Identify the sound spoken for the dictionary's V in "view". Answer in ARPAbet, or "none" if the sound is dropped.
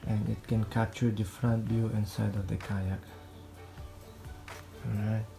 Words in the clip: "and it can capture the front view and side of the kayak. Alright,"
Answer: B